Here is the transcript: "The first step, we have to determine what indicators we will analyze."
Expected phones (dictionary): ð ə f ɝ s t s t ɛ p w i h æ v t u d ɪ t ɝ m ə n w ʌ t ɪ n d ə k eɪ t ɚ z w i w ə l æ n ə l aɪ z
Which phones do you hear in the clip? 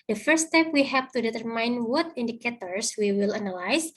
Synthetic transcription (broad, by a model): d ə f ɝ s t s t ɛ p w i h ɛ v t u d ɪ t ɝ m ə n w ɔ t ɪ n d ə k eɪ t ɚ s w i w ə l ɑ n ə l aɪ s